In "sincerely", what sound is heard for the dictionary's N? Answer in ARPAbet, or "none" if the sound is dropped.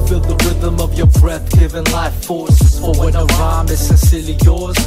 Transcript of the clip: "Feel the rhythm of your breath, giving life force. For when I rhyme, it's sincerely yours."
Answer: none